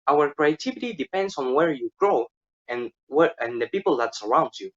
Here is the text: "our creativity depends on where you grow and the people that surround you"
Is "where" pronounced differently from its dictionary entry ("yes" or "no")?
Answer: no